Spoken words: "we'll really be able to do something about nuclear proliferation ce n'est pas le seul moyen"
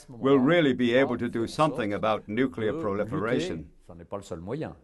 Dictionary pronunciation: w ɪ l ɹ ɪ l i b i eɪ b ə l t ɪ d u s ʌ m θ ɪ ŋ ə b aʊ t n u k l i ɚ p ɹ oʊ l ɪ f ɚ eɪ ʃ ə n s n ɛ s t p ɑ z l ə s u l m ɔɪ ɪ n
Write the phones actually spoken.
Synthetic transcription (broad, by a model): w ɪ l ɹ ɪ l i b i eɪ b ə l t ɪ d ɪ s ʌ m θ ɪ ŋ ə b aʊ t n u k l i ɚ p ɹ oʊ l ɪ f ɚ eɪ ʃ ə n s n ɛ p ɑ l ə s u l m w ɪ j